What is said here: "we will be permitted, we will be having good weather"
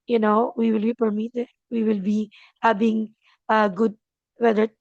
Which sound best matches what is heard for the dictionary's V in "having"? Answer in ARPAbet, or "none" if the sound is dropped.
B